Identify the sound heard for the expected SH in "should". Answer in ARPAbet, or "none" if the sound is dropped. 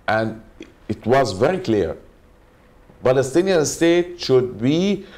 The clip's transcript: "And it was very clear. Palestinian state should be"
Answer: SH